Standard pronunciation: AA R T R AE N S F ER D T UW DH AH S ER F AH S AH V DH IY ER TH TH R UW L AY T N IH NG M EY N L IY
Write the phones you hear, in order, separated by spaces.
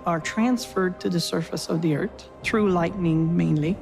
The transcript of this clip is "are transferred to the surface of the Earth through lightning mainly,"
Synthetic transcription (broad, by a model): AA R T R AE N S F ER D T UW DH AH S ER F AH S AH V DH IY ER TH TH R UW L AY T N IH NG M EY N L IY